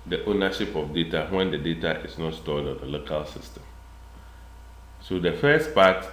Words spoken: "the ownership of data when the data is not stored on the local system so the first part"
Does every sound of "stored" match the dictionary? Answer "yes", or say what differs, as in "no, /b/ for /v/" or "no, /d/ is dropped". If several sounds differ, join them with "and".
no, /l/ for /ɹ/